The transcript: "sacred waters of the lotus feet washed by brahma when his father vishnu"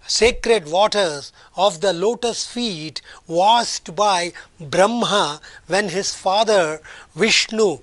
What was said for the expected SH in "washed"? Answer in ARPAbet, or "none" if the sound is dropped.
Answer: S